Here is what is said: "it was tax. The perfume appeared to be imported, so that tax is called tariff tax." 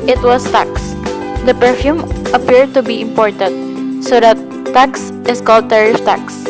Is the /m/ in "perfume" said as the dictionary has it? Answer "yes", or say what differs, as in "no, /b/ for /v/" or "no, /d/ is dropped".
yes